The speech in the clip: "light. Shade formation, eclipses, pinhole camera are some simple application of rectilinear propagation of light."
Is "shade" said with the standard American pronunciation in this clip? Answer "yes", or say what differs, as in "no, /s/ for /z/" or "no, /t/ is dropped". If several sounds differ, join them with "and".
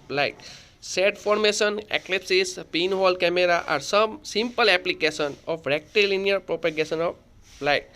no, /s/ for /ʃ/